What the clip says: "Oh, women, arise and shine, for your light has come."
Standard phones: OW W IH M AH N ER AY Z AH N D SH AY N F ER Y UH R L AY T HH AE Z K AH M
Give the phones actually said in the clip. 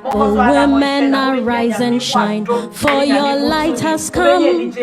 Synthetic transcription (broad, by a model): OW W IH M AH N ER AY Z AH N SH AY N F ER Y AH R L AY T HH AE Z K AH M